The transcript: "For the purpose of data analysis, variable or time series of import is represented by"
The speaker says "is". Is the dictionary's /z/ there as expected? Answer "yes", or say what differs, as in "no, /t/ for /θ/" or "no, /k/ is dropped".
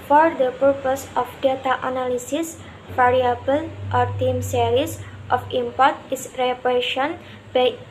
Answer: no, /s/ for /z/